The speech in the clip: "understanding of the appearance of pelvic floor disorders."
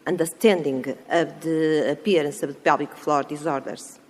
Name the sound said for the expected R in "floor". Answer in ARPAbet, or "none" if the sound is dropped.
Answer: R